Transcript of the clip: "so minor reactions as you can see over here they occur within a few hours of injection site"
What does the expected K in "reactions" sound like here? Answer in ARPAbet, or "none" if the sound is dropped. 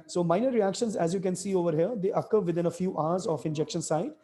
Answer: K